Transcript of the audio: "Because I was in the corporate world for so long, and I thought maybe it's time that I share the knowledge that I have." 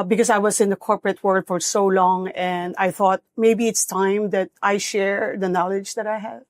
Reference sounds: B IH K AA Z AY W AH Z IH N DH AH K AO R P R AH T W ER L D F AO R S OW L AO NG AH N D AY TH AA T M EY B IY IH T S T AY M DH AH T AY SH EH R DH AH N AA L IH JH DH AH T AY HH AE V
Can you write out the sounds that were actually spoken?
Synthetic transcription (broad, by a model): B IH K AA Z AY W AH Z IH N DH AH K AO R P R AH T W ER L D F AO R S OW L AO NG AH N D AY TH AA T M EY B IY IH T S T AY M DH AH T AY SH EH R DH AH N AA L IH JH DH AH T AY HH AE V